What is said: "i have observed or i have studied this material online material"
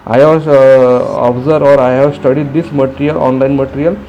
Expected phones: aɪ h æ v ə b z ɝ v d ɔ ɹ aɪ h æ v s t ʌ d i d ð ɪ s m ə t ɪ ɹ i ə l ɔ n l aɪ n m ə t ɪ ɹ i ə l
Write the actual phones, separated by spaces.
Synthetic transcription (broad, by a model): aɪ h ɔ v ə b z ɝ d ɔ ɹ aɪ h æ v s t ʌ d i d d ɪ s m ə t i ɹ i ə l ɔ n l aɪ n m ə t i ɹ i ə l